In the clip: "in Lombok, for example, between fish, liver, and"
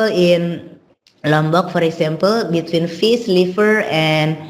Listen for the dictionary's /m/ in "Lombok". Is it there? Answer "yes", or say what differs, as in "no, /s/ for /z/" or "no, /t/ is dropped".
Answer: yes